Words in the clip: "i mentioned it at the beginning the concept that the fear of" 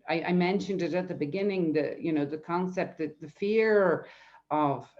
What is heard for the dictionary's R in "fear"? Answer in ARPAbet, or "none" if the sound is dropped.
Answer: R